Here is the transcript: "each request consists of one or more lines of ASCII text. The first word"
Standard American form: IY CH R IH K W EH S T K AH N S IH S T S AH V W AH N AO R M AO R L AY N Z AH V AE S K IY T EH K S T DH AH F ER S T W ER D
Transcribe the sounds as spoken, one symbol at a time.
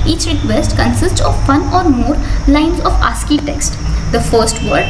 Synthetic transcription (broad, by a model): IY CH R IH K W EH S T K AH N S IH S T S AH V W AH N AO R M AO R L AY N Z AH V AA S K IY T EH K S T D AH F ER S T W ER D